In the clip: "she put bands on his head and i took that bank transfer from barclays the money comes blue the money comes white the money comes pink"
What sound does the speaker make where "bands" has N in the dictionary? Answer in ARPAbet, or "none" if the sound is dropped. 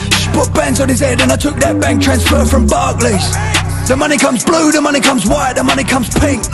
N